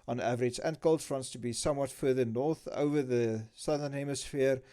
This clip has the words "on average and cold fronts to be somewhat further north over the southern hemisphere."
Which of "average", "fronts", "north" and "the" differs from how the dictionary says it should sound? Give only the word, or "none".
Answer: none